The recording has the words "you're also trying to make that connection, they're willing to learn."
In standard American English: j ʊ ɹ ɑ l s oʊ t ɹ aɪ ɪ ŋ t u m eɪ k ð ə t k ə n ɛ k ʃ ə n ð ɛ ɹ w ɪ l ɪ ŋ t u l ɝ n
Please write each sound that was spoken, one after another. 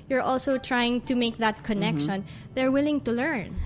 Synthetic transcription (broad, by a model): j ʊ ɹ ɑ l s oʊ t ɹ aɪ ɪ ŋ t u m eɪ k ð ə t k ə n ɛ k ʃ ə n ð ɛ ɹ w ɪ l ɪ ŋ t u l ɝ n